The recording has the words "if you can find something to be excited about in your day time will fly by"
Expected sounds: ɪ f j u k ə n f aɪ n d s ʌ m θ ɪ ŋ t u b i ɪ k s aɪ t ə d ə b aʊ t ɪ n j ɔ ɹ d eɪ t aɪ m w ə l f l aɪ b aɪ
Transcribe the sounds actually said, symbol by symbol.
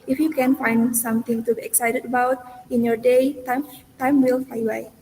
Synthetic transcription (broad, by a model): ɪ f j u k ə n f aɪ n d s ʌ m t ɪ ŋ t u b i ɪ k s aɪ t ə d ə b aʊ t ɪ n j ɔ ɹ d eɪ t aɪ m w ə l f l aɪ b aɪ